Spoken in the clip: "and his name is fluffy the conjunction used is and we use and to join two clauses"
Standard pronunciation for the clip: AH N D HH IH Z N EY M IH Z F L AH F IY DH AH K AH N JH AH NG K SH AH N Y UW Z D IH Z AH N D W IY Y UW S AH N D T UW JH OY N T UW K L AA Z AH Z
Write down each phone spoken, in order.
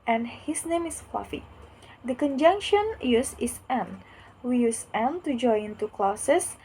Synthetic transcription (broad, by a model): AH N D HH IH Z N EY M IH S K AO F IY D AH K AH N JH AH NG K SH AH N Y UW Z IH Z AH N W IY Y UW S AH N T UW JH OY N T UW K L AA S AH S